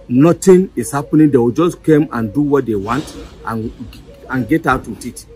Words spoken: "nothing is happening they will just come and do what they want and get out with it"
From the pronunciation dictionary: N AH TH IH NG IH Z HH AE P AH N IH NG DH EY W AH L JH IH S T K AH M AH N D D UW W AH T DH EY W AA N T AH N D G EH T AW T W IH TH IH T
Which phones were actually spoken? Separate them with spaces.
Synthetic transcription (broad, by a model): N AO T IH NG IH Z HH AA P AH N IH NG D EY W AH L JH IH S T K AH M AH N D D UW W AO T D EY W AA N T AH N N G EH T AW T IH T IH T